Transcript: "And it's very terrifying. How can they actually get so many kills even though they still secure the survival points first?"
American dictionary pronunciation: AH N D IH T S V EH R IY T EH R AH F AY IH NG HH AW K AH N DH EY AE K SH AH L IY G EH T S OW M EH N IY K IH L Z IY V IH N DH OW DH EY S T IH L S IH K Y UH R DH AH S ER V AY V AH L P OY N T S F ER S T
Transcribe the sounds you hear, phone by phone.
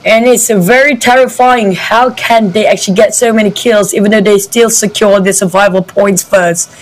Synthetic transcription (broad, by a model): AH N IH T S V EH R IY T EH R AH F AY IH NG HH AW K AH N DH EY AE K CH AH L IY G EH T S OW M EH N IY K IH L Z IY V IH N DH OW DH EY S T IH L S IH K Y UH R DH AH S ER V AY V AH L P OY N T S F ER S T